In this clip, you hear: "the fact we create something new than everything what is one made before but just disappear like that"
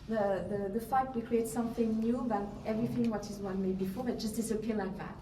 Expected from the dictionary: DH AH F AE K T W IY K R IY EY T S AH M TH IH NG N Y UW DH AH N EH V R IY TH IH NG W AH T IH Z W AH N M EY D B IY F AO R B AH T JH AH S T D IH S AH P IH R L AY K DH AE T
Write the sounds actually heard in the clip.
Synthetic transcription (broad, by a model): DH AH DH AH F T W IY K R IY EY T S AH M TH IH NG N Y UW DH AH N EH V R IY TH IH NG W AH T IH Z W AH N M EY D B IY F AO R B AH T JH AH S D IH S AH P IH L AY K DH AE T